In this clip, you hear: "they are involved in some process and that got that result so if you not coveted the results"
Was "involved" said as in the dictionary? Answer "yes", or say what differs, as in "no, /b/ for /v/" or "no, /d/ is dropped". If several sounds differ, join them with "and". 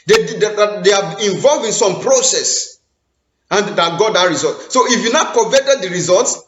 no, /d/ is dropped